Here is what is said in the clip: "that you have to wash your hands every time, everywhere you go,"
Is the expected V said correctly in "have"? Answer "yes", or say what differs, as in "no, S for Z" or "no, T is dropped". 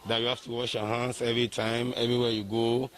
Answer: no, F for V